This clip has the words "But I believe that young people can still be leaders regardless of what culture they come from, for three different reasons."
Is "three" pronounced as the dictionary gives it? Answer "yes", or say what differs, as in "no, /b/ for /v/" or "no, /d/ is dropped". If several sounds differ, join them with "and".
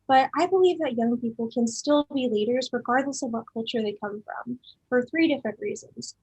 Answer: yes